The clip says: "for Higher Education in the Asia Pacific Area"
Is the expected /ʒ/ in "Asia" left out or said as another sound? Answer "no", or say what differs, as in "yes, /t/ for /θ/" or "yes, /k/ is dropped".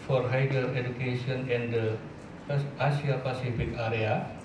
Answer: yes, /s/ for /ʒ/